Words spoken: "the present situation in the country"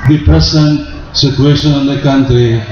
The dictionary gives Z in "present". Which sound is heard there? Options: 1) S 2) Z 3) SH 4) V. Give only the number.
1